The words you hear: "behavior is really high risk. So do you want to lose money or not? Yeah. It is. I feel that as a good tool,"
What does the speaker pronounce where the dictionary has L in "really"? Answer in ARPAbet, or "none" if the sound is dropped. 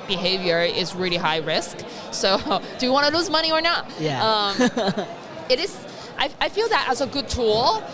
L